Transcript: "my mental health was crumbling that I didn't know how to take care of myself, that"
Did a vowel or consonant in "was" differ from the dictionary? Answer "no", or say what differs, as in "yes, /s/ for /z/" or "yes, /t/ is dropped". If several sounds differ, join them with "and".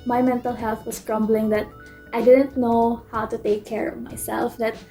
yes, /s/ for /z/